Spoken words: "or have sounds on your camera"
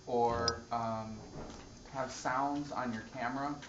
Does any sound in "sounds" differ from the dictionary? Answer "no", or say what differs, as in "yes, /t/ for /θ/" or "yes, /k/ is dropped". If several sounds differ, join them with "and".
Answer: no